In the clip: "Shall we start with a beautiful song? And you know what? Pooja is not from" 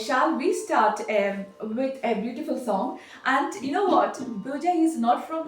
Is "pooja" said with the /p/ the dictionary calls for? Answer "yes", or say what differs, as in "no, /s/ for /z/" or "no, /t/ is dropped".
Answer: no, /b/ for /p/